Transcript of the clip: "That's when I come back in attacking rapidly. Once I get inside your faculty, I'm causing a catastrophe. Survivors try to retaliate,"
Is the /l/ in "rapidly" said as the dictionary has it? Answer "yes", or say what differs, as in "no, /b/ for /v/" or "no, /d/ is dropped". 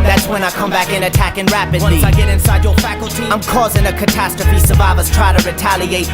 no, /l/ is dropped